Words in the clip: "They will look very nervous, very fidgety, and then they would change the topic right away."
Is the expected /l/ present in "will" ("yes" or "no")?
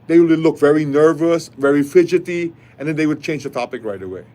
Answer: no